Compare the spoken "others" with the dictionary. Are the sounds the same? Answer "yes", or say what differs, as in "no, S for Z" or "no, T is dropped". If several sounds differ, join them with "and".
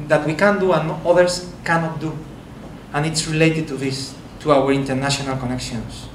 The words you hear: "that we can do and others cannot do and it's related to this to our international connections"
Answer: no, S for Z